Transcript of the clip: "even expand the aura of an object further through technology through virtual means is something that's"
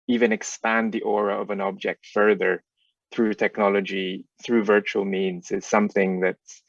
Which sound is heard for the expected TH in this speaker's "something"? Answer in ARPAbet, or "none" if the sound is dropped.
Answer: TH